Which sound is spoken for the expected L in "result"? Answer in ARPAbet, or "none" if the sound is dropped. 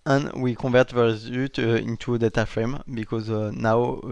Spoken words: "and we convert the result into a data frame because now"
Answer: none